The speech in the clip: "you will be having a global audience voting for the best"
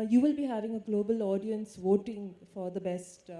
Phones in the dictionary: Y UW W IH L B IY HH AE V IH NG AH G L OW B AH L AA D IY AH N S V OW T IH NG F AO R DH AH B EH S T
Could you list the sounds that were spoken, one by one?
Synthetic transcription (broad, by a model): Y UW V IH L B IY HH AE V IH NG AH G L OW B AH L AA D IY AH N S V OW T IH NG F AO R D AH B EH S T